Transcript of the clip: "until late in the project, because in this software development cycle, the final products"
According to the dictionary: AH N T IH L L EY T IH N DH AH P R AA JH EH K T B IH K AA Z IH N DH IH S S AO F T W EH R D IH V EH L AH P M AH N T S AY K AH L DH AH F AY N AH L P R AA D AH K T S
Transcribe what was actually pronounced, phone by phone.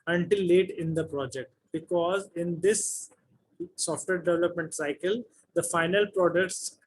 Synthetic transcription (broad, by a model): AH N T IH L L EY T IH N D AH P R AA JH EH K T B IH K AA Z IH N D IH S S AO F T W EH R D IH V EH L AH P M AH N T S AY K AH L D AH F AY N AH L P R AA D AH K T S